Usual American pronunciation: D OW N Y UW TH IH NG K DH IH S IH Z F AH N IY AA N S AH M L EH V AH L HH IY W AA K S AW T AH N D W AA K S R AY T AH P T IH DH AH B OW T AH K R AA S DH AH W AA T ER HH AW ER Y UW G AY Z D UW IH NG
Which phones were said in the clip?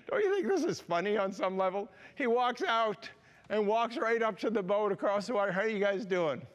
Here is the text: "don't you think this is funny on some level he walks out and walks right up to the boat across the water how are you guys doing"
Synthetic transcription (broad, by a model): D OW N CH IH TH IH NG K DH IH S IH Z F AH N IY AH N S AH M L EH V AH L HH IY W AA K S AW T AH N W AA K S R AY T AH P T IH DH AH B OW T AH K R AA S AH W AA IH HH ER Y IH G AY Z D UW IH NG